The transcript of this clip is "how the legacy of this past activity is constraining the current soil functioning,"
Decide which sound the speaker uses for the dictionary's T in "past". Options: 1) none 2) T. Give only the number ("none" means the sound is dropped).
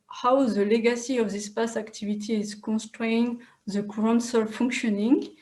1